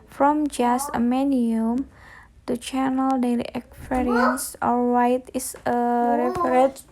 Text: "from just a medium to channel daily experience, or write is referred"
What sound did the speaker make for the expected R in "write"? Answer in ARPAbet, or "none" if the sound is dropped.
W